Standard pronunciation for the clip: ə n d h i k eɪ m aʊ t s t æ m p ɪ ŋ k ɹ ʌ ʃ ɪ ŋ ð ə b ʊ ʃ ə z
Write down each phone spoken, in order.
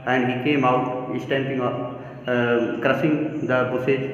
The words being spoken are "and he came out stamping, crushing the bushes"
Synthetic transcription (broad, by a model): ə n d h i k eɪ m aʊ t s t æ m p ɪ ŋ k ɹ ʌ s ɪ ŋ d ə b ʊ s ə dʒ